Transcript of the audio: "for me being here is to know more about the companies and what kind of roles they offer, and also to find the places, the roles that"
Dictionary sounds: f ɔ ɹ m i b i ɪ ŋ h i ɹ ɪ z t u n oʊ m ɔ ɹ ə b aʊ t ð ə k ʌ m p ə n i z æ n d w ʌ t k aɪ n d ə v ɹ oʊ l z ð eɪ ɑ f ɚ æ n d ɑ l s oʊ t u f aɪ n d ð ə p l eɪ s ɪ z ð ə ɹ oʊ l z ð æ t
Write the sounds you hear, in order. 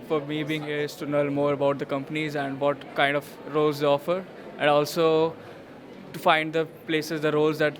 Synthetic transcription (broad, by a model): f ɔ ɹ m i b i ɪ ŋ h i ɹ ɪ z t u n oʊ m ɔ ɹ ə b aʊ t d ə k ʌ m p ə n i z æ n d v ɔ t k aɪ n d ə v ɹ oʊ l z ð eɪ ɑ f ɚ æ n d ɑ l s oʊ t u f aɪ n d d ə p l eɪ s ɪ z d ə ɹ oʊ l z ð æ t